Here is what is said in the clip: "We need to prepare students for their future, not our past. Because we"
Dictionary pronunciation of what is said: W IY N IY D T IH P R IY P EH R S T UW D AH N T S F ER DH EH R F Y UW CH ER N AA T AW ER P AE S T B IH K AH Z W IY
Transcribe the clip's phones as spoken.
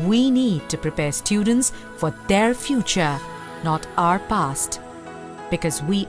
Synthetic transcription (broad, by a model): W IY N IY D T IH P R IY P EH R S T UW D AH N T S F ER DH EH R F Y UW CH ER N AA T AW ER P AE S T B IH K AH Z W IY